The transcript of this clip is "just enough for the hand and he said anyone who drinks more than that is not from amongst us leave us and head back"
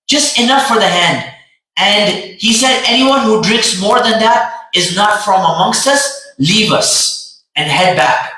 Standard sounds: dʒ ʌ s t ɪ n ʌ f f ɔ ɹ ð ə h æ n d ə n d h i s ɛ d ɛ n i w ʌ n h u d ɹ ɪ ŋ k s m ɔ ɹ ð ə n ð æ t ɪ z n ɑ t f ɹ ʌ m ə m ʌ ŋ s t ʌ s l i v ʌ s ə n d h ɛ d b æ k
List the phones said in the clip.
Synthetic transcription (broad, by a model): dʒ ʌ s t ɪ n ʌ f f ɔ ɹ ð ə h æ n d ə n d h i s ɛ d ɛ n i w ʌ n h u d ɹ ɪ ŋ k s m ɔ ɹ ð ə n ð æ t ɪ z n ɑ t f ɹ ʌ m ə m ʌ ŋ s t ʌ s l i v ʌ s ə n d h ɛ d b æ k